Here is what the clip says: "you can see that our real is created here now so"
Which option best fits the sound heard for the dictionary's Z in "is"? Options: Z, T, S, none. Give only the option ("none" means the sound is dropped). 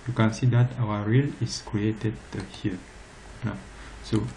S